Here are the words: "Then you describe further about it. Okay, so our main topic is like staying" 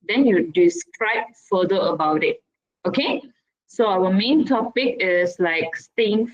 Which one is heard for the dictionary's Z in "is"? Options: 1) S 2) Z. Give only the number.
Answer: 1